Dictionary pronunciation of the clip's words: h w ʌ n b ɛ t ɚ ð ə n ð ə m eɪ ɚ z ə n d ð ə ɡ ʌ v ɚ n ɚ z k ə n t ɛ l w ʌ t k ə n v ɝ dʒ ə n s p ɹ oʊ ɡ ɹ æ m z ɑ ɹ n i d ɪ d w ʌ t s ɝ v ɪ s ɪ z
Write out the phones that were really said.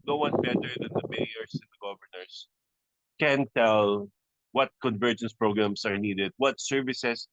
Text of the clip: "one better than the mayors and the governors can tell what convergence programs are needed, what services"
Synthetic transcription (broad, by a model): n w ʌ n b ɛ t ɚ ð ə n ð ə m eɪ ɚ s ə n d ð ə ɡ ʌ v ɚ n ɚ s k ə n t ɛ l w ʌ t k ə n v ɝ dʒ ə n s p ɹ oʊ ɡ ɹ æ m s ɑ ɹ n i d ɪ d w ʌ t s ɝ v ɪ s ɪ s